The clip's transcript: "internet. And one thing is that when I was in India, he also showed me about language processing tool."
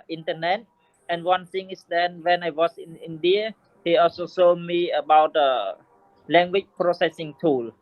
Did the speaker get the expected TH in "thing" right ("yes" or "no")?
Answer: no